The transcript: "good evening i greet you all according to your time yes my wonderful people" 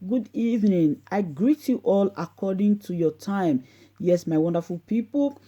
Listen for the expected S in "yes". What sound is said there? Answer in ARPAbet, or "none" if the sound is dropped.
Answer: S